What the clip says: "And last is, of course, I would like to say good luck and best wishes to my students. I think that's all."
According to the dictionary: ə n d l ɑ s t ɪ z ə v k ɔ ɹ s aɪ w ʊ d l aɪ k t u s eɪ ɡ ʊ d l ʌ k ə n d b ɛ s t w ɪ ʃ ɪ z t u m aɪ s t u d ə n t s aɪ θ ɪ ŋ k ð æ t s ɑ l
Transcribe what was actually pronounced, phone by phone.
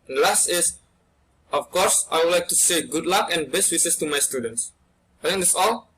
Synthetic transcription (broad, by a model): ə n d l ɑ s t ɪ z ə f k ɔ ɹ s aɪ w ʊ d l aɪ k t u s eɪ ɡ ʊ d l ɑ k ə n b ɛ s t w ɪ s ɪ s t u m aɪ s t u d ə n t s aɪ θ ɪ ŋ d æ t s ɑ l